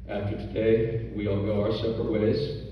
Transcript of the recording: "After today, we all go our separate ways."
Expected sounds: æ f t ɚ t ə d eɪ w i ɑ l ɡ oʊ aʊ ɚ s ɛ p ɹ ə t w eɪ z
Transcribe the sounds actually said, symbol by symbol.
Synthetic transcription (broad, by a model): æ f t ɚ t ə d eɪ w i ɑ l ɡ oʊ aʊ ɚ s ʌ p ə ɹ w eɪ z